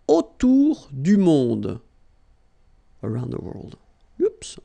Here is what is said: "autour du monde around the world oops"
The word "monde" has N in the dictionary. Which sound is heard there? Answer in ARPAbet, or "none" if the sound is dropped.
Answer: none